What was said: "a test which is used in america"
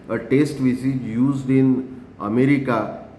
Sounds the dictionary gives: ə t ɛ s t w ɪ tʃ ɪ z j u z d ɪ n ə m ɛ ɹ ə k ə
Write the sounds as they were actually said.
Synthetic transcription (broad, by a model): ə t ɛ s t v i s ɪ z j u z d ɪ n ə m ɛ ɹ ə k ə